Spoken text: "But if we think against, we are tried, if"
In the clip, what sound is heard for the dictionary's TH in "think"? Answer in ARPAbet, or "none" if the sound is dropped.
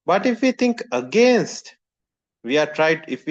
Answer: T